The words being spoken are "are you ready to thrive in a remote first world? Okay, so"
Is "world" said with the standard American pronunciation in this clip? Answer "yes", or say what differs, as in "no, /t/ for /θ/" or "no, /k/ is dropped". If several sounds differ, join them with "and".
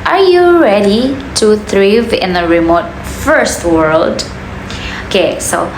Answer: yes